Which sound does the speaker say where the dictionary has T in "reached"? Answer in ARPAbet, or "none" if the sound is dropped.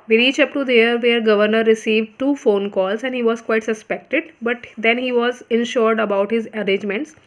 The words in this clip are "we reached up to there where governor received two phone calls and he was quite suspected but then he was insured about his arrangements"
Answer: none